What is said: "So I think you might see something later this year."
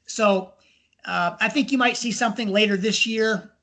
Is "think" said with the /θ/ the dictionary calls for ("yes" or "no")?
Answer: yes